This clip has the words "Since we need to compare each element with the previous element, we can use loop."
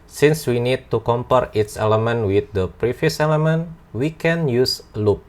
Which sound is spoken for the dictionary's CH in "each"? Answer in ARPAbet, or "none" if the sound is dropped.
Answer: S